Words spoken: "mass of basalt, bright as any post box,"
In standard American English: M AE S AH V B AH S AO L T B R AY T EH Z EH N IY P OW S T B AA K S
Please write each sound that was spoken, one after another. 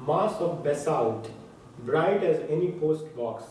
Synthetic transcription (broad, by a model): M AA S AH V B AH S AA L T B R AY T EH Z EH N IY P OW S T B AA K S